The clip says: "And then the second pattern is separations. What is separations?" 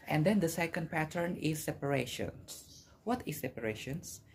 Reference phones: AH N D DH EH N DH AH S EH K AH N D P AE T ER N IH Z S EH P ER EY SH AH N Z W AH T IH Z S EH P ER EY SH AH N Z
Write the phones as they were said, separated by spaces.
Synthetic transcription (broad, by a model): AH N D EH N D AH S EH K AH N D P AE T ER N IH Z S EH P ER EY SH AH N S W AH T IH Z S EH P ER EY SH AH N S